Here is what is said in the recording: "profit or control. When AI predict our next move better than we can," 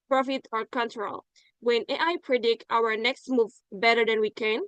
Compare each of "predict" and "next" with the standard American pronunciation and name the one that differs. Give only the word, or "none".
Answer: none